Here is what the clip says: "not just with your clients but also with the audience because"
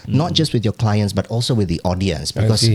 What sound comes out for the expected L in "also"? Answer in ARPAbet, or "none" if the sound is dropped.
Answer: L